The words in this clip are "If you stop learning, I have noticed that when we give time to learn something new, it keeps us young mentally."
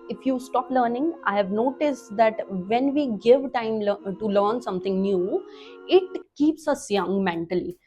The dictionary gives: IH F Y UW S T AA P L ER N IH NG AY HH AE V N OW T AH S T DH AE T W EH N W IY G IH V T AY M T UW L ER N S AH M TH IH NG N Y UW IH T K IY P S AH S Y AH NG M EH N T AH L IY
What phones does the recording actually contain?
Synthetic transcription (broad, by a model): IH F Y UW S T AA P L ER N IH NG AY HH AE V N OW T AH S T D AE T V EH N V IY G IH V T AY M T UW L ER N S AH M T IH NG N Y UW IH T K IY P S AH S Y AH NG M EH N T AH L IY